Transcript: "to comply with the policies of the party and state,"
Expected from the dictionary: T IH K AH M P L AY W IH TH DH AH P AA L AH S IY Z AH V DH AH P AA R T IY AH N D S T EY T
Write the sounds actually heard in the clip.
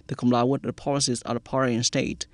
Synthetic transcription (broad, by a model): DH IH K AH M L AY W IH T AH P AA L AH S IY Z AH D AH P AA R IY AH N S T EY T